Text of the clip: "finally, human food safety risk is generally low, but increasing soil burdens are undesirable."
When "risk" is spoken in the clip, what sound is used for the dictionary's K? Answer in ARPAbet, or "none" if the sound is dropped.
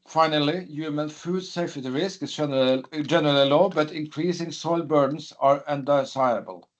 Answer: K